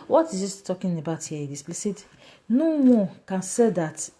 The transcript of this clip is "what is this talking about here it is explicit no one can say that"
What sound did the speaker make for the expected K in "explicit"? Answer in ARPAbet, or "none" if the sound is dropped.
none